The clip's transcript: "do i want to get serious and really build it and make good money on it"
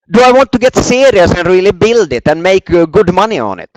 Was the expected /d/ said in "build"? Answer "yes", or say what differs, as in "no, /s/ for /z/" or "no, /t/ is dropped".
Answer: yes